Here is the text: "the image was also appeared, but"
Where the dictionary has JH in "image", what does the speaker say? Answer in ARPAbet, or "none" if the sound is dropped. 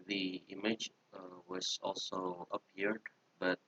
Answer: JH